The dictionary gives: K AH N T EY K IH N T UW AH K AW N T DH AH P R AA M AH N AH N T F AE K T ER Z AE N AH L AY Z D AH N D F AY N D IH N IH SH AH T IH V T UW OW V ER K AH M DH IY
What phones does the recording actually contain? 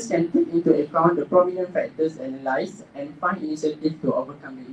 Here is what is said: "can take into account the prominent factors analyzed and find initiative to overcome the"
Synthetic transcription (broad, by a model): K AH N T EY K IH N T UW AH K AW N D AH P R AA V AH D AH N F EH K T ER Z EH N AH L AY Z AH N F AY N IH N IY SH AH T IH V T UW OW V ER K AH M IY